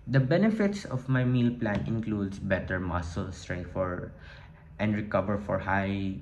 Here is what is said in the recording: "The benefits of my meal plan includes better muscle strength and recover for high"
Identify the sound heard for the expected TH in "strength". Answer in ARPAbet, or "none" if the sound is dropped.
F